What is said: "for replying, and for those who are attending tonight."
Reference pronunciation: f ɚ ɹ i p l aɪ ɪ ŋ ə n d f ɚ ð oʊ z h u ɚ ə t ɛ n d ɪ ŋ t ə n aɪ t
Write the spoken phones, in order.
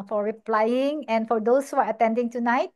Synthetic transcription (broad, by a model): f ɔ ɹ i p l aɪ ɪ ŋ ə n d f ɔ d oʊ s h u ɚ ə t ɛ n d ɪ ŋ t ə n aɪ t